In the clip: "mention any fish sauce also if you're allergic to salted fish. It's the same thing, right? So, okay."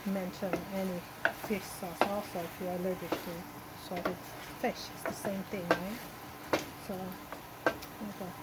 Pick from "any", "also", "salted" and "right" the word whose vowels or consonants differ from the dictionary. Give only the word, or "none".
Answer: salted